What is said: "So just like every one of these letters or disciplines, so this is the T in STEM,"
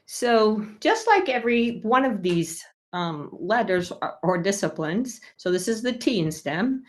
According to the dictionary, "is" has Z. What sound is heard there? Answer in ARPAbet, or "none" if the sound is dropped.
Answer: Z